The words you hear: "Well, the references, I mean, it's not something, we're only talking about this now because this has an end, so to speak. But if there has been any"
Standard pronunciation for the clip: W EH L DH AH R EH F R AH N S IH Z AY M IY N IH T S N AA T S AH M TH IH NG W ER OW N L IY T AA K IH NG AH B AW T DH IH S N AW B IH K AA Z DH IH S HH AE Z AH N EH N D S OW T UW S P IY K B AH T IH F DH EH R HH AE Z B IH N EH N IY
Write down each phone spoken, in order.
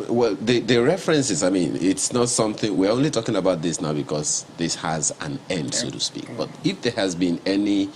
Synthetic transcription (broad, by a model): W EH L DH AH R EH F R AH N S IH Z AY M IY N IH T S N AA T S AH M TH IH NG W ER OW N L IY T AA K IH NG AH B AW T DH IH S N AW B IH K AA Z DH IH S HH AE Z AH N EH N D S OW T UW S P IY K B AH T IH F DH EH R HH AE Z B IH N EH N IY